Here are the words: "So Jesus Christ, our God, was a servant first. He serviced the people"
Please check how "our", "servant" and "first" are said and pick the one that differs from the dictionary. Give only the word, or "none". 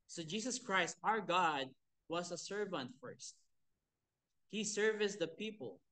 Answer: none